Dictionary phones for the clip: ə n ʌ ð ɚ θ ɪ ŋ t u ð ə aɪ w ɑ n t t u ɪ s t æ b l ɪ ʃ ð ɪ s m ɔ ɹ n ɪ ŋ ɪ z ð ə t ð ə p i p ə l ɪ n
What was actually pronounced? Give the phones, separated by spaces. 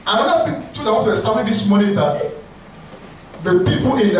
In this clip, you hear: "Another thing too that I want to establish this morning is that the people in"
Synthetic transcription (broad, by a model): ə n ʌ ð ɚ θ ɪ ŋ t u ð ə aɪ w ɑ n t t u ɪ s t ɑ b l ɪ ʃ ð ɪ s m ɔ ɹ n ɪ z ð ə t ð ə p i p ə n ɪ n